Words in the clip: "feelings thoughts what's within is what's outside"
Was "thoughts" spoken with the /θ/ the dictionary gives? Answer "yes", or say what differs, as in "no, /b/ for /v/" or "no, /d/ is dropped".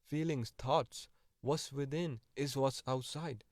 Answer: no, /t/ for /θ/